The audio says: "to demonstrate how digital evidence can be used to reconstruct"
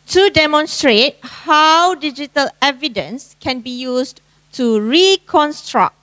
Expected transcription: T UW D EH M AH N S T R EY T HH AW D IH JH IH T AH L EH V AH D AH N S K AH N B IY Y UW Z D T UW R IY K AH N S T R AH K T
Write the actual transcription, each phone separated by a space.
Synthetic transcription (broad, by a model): T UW D EH M AH N S T R EY T HH AW D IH JH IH T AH L EH V AH D AH N S K AH N B IY Y UW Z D T UW R IY K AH N S T R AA K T